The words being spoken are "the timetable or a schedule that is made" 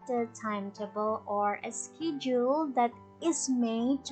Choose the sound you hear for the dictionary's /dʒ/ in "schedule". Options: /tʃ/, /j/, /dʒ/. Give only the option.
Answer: /dʒ/